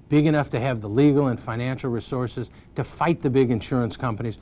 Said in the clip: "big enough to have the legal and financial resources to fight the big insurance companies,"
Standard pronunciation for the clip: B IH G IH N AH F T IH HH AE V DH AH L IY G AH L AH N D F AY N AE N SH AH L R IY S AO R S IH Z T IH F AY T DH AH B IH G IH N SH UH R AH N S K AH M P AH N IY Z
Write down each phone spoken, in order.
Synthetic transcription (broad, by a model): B IH G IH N AH F T IH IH V DH AH L IY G L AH N F AY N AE N SH L R IY S AO R S IH Z T IH F AY T DH AH B IH G IH N SH UH R AH N S K AH M P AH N IY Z